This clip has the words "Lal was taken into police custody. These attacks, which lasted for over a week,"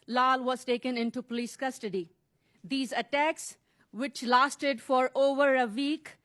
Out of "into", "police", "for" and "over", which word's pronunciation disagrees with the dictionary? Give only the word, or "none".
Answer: none